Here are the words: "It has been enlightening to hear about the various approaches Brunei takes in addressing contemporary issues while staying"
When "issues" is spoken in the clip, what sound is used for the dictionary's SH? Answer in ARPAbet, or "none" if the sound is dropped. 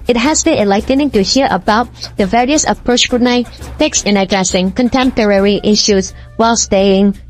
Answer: SH